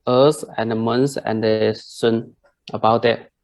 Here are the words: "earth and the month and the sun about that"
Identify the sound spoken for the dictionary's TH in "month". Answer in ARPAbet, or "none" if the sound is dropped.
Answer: S